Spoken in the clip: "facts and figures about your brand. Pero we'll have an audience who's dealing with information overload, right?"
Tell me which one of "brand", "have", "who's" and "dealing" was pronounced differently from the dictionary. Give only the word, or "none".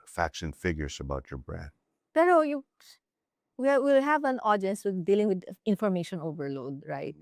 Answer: who's